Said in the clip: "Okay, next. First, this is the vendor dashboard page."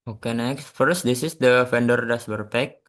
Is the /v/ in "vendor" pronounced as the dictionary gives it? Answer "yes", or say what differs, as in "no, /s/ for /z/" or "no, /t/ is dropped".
no, /f/ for /v/